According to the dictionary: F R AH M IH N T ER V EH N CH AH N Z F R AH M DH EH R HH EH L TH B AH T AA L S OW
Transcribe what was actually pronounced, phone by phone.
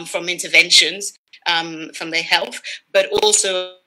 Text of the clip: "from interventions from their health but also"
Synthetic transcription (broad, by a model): F R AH M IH N T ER V EH N SH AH N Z F R AH M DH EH HH EH L TH B AH T AA L S OW